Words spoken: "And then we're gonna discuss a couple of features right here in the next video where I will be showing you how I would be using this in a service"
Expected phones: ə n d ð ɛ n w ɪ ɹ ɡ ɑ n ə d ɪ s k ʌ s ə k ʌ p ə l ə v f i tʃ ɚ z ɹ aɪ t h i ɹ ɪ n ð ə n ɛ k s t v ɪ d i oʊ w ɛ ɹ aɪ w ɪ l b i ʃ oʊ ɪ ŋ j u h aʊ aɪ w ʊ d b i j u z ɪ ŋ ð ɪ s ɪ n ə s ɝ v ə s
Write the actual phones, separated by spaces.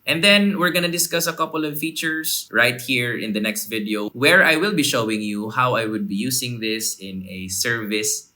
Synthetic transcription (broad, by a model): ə n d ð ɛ n w ɪ ɹ ɡ ɑ n ə d ɪ s k ʌ s ə k ʌ p ə l ə v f i tʃ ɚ s ɹ aɪ t h i ɹ ɪ n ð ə n ɛ k s t v ɪ d i oʊ w ɛ ɹ aɪ w ɪ l b i ʃ oʊ ɪ ŋ j u h aʊ aɪ w ʊ d b i j u s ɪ ŋ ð ɪ s ɪ n ə s ɝ v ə s